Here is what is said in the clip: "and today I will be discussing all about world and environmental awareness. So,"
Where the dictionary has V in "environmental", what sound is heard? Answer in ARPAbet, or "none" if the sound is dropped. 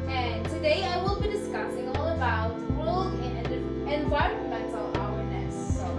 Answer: W